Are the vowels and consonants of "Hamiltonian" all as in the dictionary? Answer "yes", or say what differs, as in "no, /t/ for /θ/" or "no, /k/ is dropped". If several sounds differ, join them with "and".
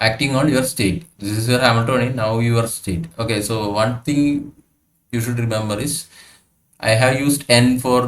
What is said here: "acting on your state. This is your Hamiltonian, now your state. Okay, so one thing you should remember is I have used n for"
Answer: no, /l/ is dropped